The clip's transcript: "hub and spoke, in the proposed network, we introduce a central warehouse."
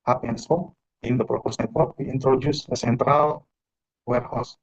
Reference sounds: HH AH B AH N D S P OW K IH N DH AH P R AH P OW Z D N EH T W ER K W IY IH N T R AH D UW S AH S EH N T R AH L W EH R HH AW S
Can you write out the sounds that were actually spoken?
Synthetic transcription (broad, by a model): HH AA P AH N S OW IH N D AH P R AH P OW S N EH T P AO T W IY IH N T R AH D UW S AH S EH N T R AH L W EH R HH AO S